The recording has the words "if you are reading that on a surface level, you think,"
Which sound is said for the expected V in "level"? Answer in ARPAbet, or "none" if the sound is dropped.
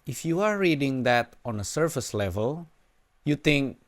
V